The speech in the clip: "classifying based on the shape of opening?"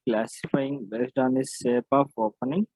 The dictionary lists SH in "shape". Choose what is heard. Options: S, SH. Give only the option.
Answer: S